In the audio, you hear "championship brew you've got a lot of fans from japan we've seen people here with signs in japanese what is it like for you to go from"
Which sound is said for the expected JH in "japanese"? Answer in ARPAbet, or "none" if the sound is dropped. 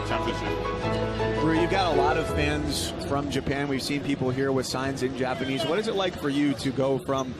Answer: JH